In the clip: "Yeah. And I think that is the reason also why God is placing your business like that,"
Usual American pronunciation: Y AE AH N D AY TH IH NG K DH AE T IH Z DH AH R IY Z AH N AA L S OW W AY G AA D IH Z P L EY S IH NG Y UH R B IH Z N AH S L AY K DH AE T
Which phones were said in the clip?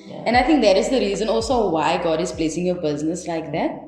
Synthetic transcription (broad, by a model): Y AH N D AY T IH NG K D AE T IH Z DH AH R IY Z AH N AA L S OW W AY G AA D IH Z P L EY S IH NG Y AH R B IH Z N AH S L AY K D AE T